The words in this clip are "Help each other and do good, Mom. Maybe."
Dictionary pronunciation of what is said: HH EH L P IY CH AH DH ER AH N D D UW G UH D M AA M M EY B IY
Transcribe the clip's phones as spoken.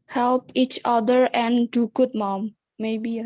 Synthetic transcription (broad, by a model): HH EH L P IY CH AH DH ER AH N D D UW G UH D M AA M M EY B IY